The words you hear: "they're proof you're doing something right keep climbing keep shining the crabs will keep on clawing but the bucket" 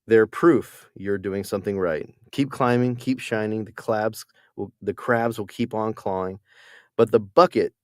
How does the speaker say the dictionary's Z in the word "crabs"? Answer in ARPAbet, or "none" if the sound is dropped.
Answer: Z